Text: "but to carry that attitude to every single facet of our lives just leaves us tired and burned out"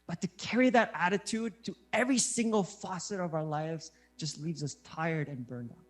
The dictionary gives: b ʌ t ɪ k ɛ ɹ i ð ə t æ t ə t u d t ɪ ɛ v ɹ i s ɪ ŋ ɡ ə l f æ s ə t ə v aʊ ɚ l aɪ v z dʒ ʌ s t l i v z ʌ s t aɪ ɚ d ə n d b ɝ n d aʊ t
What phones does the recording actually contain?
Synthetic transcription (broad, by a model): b ʌ t ɪ k ɛ ɹ i ð ə t æ t ə t u d t ɪ ɛ v ɹ i s ɪ ŋ ɡ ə l f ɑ s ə t ə v aʊ ɚ l aɪ v z dʒ ʌ s t l i v z ʌ s t aɪ ɚ d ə n b ɝ n d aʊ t